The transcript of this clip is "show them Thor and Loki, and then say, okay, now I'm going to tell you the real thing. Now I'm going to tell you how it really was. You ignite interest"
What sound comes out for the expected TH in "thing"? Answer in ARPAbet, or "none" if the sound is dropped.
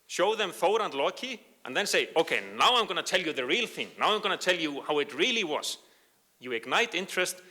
TH